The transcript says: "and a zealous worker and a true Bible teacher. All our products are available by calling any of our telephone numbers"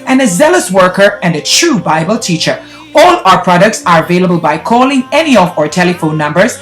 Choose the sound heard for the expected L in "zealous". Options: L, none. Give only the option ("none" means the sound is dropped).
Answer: L